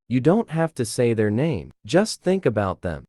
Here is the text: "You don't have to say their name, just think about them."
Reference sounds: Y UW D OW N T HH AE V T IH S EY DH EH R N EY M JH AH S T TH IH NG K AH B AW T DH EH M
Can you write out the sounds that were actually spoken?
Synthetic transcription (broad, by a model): Y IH D OW N T HH AE F T IH S EY DH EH R N EY M JH AH S T TH IH NG K AH B AW T DH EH M